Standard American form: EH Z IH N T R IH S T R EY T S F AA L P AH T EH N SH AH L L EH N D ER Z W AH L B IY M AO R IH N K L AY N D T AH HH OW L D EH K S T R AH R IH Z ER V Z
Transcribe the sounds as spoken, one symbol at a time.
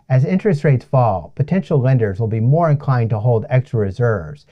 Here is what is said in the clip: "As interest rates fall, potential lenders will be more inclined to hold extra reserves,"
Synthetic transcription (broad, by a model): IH Z IH N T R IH S T R EY T S F AA L P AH T EH N SH L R EH N D ER Z W AH L B IY M AO R IH N K L AY N D T AH HH OW L D EH K S T R AH R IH Z ER V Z